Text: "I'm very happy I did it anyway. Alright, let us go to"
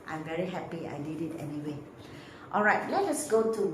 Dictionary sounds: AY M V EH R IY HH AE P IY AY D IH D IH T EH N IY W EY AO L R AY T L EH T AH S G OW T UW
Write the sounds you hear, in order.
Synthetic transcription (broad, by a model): AY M V EH R IY HH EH P IY AY D IH D IH T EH N IY W EY AO L R AY T L EH T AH S G OW T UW